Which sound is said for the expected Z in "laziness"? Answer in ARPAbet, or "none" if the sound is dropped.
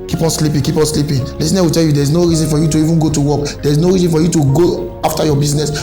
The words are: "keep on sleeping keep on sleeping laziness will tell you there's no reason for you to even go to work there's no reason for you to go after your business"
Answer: S